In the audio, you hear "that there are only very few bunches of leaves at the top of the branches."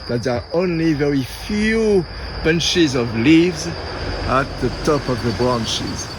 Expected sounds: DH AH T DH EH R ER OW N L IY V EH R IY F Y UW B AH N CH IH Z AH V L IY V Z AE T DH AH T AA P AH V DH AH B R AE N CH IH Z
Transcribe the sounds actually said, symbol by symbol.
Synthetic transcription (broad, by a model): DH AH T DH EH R OW N L IY V EH R IY F Y UW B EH N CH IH Z AH V L IY V Z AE T DH AH T AA P AH V DH AH B R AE N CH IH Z